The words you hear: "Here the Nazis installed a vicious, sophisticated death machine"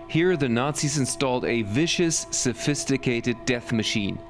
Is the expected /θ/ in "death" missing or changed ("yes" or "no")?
no